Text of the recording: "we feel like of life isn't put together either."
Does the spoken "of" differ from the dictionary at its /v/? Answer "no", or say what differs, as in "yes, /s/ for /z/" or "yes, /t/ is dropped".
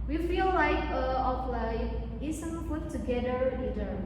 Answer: yes, /p/ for /v/